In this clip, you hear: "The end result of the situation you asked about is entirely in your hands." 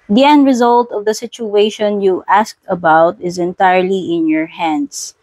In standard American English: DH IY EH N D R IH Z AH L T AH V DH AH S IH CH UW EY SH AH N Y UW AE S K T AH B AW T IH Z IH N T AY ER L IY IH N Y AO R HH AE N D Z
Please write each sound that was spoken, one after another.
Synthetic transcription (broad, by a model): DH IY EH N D R IH Z AH L T AH V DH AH S IH CH UW EY SH AH N Y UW AE S K T AH B AW T IH Z IH N T AY ER L IY IH N Y AO R HH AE N D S